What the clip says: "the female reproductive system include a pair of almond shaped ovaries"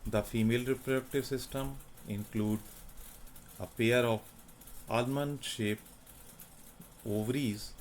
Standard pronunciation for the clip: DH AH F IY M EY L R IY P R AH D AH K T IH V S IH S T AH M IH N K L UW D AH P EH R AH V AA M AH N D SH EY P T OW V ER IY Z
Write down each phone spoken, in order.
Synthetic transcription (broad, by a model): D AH F IY M EY L R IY P R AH D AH K T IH V S IH S T AH M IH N K L UW D AH P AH R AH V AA M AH N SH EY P OW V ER IY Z